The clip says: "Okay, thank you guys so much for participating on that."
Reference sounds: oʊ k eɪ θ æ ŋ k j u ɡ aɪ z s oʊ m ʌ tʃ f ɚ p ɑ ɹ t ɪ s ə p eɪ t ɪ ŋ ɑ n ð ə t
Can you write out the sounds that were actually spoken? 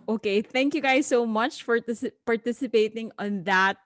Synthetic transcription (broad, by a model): oʊ k eɪ θ æ ŋ k j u ɡ aɪ z s oʊ m ʌ tʃ f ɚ p ɑ ɹ t ɪ s ə p eɪ t ɪ ŋ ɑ n ð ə t